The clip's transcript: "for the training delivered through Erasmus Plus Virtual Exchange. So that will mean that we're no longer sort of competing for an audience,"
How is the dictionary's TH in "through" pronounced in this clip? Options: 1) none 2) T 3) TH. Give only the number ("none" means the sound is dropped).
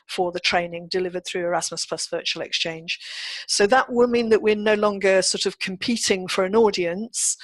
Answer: 3